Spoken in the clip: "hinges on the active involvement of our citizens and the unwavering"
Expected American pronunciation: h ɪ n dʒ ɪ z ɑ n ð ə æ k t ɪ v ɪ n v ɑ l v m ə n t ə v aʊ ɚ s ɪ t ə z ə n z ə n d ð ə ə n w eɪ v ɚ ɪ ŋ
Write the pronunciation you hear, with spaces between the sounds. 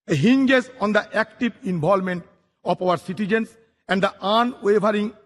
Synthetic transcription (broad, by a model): h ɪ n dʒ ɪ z ɑ n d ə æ k t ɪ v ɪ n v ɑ l m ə n t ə p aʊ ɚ s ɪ t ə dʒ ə n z ə n d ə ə n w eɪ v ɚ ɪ ŋ